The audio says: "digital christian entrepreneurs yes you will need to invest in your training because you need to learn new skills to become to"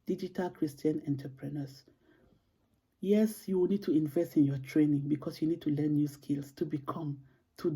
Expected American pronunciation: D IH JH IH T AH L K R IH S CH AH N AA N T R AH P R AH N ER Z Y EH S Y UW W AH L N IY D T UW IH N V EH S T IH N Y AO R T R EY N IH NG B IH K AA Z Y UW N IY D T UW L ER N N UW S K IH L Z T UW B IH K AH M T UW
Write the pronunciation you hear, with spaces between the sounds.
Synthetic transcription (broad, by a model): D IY JH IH T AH L K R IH S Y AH N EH N T AH P R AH N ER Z Y EH S Y UW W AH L N IY D T UW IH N V EH S T IH N Y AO T R EY N IH NG B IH K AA S Y UW N IY D T UW L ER N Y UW S K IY L S T UW B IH K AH M T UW